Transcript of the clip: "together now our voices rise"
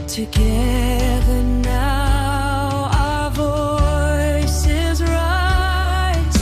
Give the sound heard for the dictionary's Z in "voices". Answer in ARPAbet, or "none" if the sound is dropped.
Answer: Z